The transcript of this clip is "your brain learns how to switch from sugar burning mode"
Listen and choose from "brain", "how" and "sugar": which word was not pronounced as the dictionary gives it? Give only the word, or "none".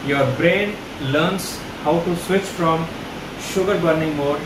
none